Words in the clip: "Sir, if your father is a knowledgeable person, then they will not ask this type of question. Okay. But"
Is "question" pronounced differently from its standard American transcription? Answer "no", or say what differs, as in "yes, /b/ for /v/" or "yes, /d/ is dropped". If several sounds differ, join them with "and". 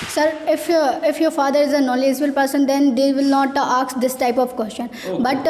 no